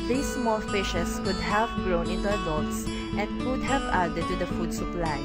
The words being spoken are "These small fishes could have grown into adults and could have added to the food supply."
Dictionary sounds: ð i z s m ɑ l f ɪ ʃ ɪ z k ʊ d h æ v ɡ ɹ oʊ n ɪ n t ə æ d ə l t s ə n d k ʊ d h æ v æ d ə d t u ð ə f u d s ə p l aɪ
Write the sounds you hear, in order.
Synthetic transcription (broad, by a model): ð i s m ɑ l f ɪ ʃ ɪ s k ʊ d h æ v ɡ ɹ oʊ n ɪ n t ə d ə t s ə n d k ʊ d h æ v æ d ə t u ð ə f u d s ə p l aɪ